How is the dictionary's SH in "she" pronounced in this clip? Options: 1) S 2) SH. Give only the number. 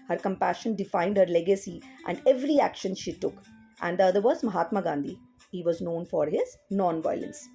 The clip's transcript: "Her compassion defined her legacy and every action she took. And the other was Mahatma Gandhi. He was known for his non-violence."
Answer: 2